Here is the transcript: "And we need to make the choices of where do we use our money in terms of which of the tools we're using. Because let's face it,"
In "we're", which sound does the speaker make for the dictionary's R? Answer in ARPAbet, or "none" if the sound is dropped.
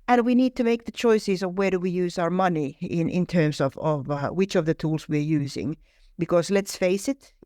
R